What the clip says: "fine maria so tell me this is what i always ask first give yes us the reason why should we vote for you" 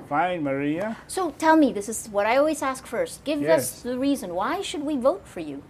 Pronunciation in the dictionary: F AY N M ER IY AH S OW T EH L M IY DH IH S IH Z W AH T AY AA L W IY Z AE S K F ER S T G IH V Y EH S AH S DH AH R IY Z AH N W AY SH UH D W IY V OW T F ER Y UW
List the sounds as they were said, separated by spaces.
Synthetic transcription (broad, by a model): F AY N M ER IY AH S OW T EH L M IY DH IH S IH Z W AH T AY AA L W IY Z AE S K F ER S T G IH V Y AH S DH AH R IY Z AH N W AY SH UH D W IY V OW T F ER Y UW